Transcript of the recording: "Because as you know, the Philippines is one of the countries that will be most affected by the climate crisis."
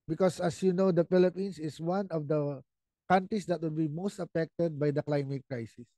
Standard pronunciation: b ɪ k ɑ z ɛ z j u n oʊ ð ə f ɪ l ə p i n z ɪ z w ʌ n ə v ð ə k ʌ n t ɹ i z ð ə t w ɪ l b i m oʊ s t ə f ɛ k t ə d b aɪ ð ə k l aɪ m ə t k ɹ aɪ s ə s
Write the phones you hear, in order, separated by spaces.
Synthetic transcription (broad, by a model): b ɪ k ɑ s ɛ s j u n oʊ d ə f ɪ l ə p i n s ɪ s w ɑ n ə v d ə k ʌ n t ɹ i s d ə t w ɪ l b i m oʊ s t ə f ɛ k t ə d b aɪ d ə k l aɪ m ə t k ɹ aɪ s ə s